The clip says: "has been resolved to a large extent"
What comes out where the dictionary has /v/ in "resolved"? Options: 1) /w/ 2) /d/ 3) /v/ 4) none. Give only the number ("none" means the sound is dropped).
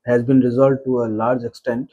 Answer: 4